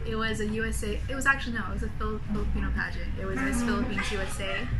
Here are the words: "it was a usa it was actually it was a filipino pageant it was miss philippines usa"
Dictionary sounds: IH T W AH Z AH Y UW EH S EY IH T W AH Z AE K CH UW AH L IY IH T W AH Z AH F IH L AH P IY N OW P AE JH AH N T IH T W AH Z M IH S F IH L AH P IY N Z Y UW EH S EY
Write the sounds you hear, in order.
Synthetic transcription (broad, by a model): IH T W AH Z AH Y UW EH S EY IH T W AH Z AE K CH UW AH N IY IH T W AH Z AH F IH L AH P IY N OW P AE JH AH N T IH T W AH Z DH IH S F IH L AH P IY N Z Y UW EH S EY